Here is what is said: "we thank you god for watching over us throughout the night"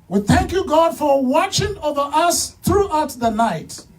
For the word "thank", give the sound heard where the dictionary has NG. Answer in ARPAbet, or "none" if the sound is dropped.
NG